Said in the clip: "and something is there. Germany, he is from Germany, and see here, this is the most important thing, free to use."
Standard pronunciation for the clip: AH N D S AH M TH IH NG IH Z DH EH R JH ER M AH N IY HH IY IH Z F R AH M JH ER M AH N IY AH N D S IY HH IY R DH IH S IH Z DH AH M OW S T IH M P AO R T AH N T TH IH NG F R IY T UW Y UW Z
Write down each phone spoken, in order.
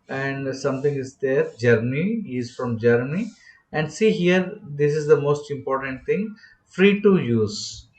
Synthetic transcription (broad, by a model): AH N D S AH M T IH NG IH Z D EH R JH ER M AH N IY IY IH Z F R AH M JH ER M AH N IY AH N D S IY HH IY R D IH S IH Z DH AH M OW S T IH M P AO R T AH N T T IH NG F R IY T UW Y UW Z